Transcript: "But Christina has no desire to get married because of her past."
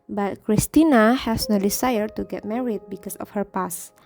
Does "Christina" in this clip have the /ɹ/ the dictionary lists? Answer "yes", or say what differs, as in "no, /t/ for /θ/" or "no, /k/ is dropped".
yes